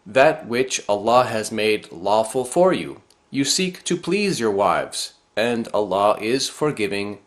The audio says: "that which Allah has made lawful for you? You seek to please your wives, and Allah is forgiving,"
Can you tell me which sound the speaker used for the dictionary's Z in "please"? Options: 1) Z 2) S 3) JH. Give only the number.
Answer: 1